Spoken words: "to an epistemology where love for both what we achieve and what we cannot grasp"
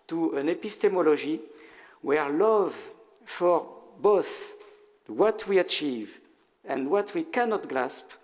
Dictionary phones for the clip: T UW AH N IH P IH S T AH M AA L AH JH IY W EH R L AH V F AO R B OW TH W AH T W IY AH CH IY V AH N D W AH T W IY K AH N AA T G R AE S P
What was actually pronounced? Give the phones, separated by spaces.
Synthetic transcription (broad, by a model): T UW AH N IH P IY S T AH M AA L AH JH IY W EH R L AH V F AO R B OW TH W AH T W IY AH CH IY V AH N D W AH T W IY K AH N AA T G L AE S P